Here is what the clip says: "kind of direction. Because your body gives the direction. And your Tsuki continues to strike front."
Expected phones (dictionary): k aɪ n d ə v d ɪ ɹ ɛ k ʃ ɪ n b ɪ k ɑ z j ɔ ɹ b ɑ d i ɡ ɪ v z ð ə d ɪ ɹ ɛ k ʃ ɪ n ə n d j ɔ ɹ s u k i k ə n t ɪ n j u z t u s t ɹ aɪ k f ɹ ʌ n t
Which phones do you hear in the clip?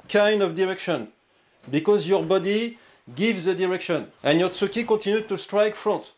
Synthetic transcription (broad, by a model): k aɪ n d ə v d ɪ ɹ ɛ k ʃ ɪ n b ɪ k ɑ z j ɔ ɹ b ɑ d i ɡ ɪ v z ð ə d ɪ ɹ ɛ k ʃ ɪ n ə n j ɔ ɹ s u k i k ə t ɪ n j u t u s t ɹ aɪ k f ɹ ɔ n t